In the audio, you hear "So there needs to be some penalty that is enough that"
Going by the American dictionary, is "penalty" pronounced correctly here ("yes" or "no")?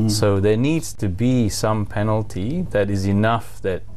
yes